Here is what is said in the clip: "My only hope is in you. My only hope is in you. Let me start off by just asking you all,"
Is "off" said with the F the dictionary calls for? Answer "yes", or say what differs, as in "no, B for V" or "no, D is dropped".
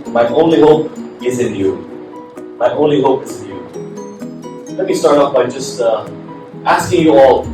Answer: no, P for F